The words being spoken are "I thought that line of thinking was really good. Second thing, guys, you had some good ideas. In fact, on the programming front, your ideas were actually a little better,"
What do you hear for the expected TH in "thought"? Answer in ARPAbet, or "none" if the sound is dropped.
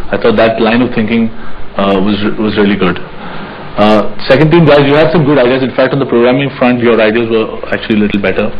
T